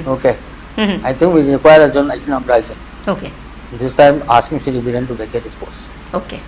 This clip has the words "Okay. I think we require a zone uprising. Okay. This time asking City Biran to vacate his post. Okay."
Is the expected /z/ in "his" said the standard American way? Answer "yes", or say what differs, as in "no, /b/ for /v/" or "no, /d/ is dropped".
no, /s/ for /z/